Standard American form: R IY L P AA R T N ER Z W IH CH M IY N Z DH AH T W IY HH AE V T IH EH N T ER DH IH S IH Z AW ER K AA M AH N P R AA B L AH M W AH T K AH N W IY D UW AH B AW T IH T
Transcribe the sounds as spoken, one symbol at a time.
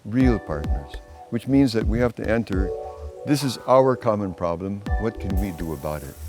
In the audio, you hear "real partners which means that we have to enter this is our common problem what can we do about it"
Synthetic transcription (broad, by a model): R IY L P AA R T N ER Z W IH CH M IY N Z DH AH T W IY HH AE F T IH EH N T ER DH IH S IH Z AW ER K AA M AH N P R AA B L AH M W AH T K AH N W IY D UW AH B AW T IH T